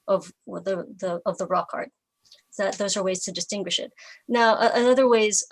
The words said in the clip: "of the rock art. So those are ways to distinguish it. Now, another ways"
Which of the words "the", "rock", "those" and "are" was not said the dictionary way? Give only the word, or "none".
none